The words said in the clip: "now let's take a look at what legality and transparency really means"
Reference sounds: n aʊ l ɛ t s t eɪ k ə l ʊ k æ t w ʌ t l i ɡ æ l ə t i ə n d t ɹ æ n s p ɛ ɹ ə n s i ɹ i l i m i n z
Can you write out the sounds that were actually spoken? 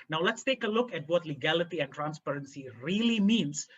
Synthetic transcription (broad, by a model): n aʊ l ɛ t s t eɪ k ə l ʊ k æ t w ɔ t l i ɡ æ l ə t i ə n t ɹ æ n s p ɛ ɹ ə n s i ɹ i l i m i n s